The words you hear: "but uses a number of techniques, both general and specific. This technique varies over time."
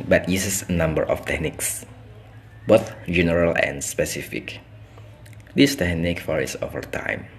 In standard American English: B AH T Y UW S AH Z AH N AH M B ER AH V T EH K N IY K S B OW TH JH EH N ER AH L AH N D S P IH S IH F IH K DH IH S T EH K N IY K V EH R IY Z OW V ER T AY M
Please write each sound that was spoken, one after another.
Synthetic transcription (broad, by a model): B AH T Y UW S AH S AH N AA M B ER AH F T EH K N IY K S B OW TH JH EH N ER AH L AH N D S P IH S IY F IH K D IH S T EH K N IY K F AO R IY S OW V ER T AY M